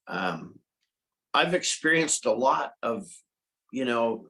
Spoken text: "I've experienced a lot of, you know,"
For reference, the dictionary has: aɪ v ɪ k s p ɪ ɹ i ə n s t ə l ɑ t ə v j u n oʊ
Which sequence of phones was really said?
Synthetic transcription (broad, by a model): aɪ v ɪ k s p ɪ ɹ i ə n s t ə l ɑ t ə v j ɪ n oʊ